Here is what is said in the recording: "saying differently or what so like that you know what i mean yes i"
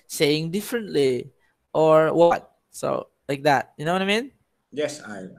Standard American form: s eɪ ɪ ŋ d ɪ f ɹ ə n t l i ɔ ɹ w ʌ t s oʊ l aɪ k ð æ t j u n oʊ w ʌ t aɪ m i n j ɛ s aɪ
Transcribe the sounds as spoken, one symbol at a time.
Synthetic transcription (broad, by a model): s eɪ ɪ ŋ d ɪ f ɹ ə n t l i ɔ ɹ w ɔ t s oʊ l aɪ k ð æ t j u n oʊ w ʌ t aɪ m i n j ɛ s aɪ